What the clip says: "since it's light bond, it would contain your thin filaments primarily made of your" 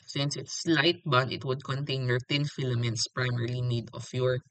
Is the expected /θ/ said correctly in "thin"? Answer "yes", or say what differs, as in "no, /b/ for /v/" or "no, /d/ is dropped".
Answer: no, /t/ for /θ/